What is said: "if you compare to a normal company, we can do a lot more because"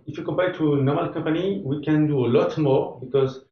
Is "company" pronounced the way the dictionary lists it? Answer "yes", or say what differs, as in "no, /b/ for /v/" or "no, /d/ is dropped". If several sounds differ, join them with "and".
yes